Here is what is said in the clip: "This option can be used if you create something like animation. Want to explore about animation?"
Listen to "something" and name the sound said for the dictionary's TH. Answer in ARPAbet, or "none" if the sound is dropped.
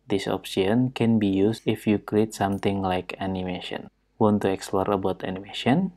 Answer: T